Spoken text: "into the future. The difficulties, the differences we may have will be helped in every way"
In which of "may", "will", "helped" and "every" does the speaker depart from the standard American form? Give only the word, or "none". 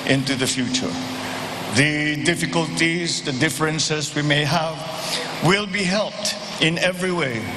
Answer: none